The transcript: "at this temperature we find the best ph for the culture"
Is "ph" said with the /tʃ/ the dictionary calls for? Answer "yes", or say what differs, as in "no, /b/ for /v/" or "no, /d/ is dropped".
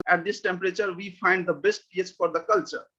no, /s/ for /tʃ/